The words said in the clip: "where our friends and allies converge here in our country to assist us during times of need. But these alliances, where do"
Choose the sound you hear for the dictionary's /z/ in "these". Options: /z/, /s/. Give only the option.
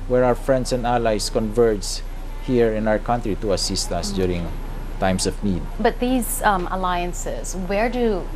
/z/